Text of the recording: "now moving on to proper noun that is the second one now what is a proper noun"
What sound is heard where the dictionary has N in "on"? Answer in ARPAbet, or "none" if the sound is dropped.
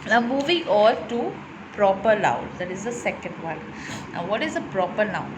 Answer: L